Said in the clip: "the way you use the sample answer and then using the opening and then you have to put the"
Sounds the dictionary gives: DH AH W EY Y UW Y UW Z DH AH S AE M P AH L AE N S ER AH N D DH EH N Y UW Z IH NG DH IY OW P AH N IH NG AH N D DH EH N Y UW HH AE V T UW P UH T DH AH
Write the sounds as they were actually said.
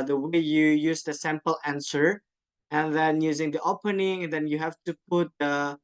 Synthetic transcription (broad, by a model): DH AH W EY Y UW Y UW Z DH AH S AE M P AH L AE N S ER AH N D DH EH N Y UW Z IH NG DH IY OW P AH N IH NG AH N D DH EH N Y UW HH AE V T UW P UH T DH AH